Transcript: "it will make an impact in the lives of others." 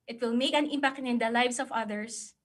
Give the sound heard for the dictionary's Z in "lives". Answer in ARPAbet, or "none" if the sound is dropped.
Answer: S